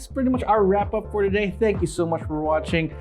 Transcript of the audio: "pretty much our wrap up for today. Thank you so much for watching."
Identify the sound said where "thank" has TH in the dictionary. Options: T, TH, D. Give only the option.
TH